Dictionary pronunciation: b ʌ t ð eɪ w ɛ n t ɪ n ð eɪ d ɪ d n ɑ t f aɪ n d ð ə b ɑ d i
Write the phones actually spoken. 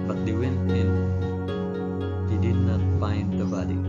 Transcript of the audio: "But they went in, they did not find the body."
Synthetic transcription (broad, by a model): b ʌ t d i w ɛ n ɪ n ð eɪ d ɪ d n ɑ t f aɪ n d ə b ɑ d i